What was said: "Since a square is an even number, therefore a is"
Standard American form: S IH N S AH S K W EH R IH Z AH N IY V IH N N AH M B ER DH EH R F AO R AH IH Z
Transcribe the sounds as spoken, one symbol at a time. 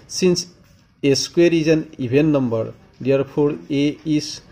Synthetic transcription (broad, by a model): S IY N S AH S K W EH R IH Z AH N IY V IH N N AH M B ER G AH R P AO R AH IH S